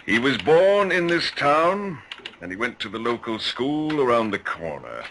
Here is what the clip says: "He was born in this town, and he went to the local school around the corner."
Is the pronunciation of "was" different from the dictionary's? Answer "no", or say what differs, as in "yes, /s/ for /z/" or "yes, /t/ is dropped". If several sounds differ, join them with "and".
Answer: no